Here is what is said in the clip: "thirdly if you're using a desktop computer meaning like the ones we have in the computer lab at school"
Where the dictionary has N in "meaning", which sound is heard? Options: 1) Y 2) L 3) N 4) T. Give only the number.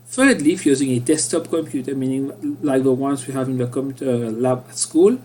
3